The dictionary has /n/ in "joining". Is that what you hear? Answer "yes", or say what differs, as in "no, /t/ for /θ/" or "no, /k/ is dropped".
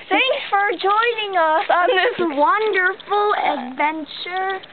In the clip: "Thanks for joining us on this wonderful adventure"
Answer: yes